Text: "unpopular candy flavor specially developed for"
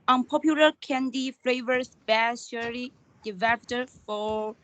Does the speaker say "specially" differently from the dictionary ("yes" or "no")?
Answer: yes